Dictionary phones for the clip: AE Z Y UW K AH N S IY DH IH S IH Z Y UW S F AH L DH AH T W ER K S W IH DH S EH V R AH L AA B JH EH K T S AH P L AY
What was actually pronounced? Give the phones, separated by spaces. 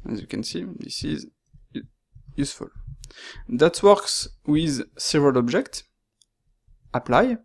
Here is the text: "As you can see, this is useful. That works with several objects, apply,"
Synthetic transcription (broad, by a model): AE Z Y UW K AH N S IY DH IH S IH Z Y UW S F AH L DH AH T W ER K S W IH DH S EH V R AH L AA B JH EH K T S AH P L AY